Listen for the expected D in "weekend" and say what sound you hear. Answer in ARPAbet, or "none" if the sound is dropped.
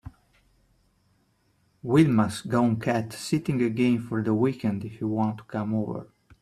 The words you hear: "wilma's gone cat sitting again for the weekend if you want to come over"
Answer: D